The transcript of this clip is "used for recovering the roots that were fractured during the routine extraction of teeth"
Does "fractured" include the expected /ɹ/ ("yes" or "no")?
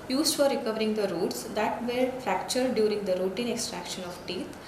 yes